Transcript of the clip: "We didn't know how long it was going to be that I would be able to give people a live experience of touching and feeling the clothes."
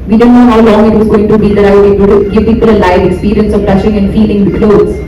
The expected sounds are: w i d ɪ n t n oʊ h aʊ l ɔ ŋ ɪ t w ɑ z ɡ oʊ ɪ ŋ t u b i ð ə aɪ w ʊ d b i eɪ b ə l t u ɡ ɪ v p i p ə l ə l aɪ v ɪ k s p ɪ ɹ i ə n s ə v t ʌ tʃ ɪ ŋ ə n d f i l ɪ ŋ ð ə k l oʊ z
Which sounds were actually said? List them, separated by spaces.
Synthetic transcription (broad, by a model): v i d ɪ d n oʊ h aʊ l ɔ ŋ ɪ t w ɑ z ɡ oʊ ɪ ŋ t u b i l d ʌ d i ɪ ə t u ɡ ɪ v p i p ə l ə l aɪ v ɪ k s p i ɹ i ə n s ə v t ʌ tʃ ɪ ŋ ə n d f i l ɪ ŋ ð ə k l oʊ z